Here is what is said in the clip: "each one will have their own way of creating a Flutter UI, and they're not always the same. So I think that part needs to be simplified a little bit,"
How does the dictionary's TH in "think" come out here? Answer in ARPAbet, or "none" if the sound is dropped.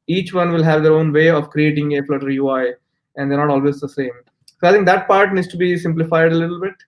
T